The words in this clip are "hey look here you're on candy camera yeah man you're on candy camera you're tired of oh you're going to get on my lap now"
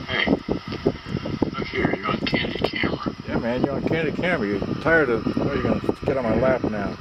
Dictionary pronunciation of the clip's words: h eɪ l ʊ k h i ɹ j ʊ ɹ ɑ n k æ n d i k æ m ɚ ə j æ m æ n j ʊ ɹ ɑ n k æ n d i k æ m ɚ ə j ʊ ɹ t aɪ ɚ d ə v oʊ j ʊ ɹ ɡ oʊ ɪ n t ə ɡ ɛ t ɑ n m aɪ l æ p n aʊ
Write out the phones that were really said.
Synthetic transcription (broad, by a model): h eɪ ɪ h i ɹ j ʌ ɹ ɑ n k æ n d i k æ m ɚ j æ m æ n j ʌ ɹ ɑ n k æ n d i k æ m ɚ j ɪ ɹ t aɪ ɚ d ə w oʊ j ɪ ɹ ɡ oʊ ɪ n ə ɡ ɛ t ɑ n m aɪ l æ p n aʊ